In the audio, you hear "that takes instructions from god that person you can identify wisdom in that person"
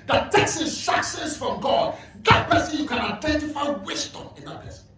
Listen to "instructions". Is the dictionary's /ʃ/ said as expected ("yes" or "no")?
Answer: no